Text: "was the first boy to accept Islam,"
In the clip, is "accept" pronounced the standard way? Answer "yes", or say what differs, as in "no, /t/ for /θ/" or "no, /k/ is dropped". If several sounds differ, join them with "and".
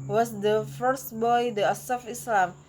no, /k/ is dropped